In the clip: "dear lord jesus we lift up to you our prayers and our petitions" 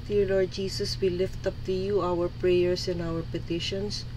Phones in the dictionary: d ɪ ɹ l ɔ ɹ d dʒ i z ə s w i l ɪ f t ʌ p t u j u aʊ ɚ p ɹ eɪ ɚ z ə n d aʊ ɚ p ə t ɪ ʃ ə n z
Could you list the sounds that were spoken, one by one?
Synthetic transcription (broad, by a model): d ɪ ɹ l ɔ ɹ d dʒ i s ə s w i l ɪ f t ʌ p t u j u aʊ ɚ p ɹ eɪ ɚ s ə n aʊ ɚ p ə t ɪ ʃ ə n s